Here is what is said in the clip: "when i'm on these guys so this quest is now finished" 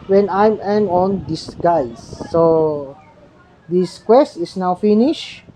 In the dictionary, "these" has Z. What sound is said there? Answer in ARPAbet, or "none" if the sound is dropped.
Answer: S